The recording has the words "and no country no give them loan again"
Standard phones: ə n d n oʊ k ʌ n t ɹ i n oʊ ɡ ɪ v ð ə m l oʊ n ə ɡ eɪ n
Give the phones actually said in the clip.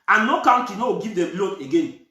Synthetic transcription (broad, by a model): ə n n oʊ k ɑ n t i n oʊ ɡ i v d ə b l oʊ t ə ɡ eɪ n